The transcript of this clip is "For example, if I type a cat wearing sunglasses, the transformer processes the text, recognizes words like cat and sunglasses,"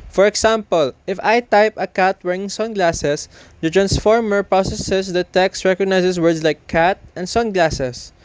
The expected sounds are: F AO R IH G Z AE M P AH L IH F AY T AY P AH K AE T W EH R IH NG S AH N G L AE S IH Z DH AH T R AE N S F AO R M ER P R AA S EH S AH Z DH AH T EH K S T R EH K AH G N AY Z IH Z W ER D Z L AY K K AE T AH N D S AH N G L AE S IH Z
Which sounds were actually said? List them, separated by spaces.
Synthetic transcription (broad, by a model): F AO R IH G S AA M P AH L IH F AY T AY P AH K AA T W EH R IH NG S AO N G L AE S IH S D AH T R AE N S F AO R M ER P R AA S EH S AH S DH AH T EH K S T R EH K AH G N AY S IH S W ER D S L AY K K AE T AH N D S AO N G L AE S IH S